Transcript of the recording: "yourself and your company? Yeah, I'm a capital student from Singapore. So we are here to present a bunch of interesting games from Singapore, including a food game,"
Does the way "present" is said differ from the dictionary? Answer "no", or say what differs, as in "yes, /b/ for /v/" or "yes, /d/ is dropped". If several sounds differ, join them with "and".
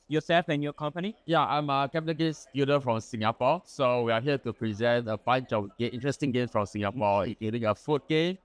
no